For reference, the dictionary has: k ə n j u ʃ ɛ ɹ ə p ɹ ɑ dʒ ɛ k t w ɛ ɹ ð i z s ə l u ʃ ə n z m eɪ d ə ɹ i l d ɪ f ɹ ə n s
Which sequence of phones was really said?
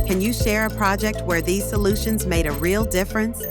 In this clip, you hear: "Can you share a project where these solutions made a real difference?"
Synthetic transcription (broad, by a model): k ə n j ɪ ʃ ɛ ɹ ə p ɹ ɑ dʒ ɛ k t w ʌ ɹ ð i z s ə l u ʃ ə n z m eɪ d ə ɹ i l d ɪ f ɹ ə n s